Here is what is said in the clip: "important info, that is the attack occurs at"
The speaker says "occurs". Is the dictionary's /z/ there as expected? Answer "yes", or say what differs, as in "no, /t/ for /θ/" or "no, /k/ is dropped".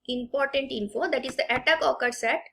no, /s/ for /z/